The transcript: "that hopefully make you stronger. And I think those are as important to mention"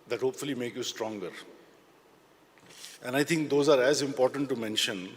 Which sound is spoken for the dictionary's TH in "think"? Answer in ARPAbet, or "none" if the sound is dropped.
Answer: T